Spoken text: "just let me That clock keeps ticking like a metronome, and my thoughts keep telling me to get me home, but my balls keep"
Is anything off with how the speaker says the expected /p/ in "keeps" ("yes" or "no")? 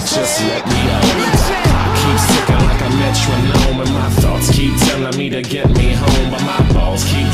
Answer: no